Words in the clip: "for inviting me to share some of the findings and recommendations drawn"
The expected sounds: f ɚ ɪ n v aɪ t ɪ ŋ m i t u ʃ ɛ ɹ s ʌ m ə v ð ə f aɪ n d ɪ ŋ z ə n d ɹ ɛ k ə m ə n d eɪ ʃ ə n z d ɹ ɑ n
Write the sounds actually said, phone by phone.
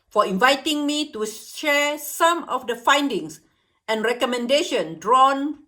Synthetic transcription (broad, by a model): f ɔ ɪ n v aɪ t ɪ ŋ m i t u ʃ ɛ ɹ s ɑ m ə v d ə f aɪ n d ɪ ŋ s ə n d ɹ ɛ k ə m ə n d eɪ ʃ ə n d ɹ ɑ n